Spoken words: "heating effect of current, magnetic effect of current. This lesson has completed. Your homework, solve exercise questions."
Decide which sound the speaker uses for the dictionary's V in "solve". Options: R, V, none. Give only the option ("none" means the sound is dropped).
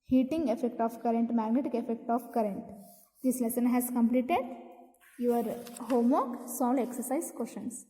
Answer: none